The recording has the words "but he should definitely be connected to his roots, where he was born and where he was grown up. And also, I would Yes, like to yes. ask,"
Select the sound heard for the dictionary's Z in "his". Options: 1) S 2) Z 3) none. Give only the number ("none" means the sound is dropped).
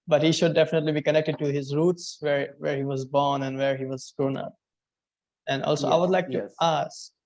2